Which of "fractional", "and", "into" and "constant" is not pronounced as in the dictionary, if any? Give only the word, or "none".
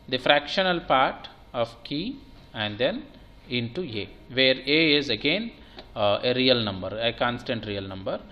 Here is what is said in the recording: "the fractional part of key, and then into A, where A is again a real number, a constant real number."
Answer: none